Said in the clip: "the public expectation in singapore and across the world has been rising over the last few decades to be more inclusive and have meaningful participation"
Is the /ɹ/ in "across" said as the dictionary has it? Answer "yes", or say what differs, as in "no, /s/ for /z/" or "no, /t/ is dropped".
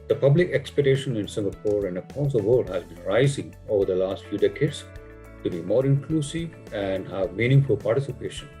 no, /ɹ/ is dropped